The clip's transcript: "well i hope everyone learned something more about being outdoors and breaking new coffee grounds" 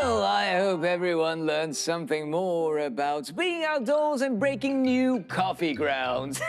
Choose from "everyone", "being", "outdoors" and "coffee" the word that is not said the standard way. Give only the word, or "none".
none